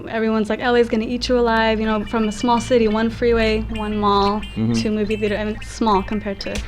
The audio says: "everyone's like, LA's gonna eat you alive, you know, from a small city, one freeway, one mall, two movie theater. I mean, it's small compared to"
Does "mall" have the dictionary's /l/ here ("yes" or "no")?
yes